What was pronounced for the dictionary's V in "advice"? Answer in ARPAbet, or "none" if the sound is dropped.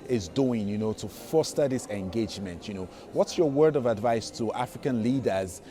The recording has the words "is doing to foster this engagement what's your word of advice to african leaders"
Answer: V